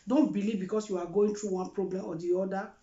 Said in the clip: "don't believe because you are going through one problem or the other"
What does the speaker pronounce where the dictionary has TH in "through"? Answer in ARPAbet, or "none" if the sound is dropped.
T